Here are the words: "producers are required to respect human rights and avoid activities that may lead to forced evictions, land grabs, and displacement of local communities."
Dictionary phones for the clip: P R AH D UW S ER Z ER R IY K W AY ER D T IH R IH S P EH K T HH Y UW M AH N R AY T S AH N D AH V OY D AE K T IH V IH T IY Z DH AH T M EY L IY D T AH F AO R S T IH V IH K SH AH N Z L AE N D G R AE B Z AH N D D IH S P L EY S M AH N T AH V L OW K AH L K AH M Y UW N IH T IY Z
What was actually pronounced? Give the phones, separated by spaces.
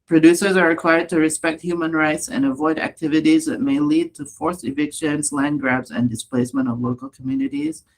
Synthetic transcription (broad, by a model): P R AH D UW S ER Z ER R IY K W AY ER D T IH R IH S P EH K T HH Y UW M AH N R AY T S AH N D AH V OY D AE K T IH V IH T IY Z DH AH T M EY L IY D T AH F AO R S IH V IH K SH AH N Z L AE N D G R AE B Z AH N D D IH S P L EY S M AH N T AH V L OW K AH L K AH M Y UW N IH T IY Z